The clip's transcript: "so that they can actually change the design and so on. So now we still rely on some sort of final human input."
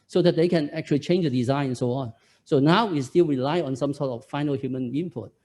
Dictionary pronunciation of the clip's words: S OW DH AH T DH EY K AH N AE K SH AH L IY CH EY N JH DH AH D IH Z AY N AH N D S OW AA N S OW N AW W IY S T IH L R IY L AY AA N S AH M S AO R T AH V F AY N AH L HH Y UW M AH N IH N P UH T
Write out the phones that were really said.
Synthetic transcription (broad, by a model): S OW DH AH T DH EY K AH N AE K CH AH L IY CH EY N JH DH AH D IH Z AY N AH N S OW AA N S OW N AW W IY S T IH L R IY L AY AA N S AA M S AO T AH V F AY N AH L HH Y UW M AH N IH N P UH T